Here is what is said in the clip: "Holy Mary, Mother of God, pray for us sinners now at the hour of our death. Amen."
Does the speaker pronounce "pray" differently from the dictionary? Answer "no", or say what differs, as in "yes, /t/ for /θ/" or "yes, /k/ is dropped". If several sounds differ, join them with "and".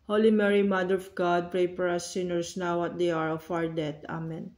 no